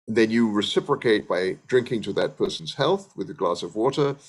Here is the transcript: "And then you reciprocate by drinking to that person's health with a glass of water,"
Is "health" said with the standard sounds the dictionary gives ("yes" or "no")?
yes